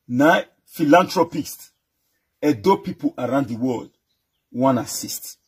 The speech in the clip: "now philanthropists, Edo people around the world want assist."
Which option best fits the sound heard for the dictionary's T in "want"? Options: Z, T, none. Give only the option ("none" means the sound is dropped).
none